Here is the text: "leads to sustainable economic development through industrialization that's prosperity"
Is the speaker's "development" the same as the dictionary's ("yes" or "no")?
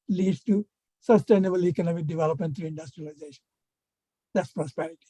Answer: yes